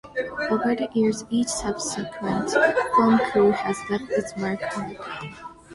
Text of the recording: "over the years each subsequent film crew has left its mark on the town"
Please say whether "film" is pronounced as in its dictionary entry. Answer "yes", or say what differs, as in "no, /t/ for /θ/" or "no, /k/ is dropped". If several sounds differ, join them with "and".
no, /l/ is dropped